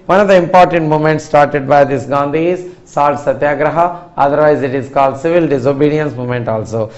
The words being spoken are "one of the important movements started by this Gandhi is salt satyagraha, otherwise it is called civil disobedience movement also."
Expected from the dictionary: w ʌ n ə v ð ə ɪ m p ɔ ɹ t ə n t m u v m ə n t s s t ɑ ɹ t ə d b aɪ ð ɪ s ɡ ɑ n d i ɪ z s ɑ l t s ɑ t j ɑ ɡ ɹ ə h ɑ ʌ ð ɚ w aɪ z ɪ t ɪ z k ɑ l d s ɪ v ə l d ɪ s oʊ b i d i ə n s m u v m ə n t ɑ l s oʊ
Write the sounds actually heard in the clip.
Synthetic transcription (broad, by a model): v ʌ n ə v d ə ɪ m p ɔ ɹ t ə n t m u m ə n t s s t ɑ ɹ t ə d b aɪ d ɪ s ɡ ɑ n d i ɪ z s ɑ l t s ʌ t j ɑ ɡ ɹ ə h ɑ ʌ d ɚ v aɪ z ɪ t ɪ z k ɑ l d s ɪ v ə l d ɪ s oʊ b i d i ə n s m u m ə n t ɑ l s oʊ